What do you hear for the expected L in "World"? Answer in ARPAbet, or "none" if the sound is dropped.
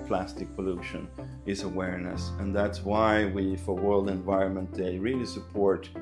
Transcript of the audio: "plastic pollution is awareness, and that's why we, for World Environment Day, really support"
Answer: L